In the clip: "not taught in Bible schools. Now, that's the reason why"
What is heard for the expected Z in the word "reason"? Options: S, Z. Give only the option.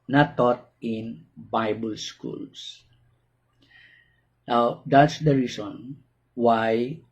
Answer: S